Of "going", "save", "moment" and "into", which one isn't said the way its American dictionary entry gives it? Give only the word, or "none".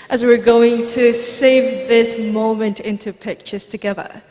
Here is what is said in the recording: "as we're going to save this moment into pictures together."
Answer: none